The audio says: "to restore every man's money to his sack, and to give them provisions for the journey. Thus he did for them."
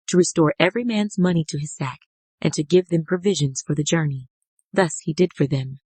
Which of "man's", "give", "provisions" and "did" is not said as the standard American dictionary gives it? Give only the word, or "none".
none